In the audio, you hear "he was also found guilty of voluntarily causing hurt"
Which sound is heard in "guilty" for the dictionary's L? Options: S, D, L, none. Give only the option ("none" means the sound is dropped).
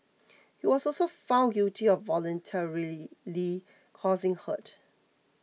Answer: none